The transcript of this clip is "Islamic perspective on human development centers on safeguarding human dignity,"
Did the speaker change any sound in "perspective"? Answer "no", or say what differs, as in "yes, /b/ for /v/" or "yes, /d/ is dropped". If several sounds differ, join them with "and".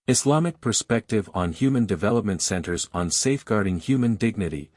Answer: no